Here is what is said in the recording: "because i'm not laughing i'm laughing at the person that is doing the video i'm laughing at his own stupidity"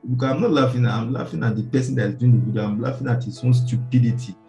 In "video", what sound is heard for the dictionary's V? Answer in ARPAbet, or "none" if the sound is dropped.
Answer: W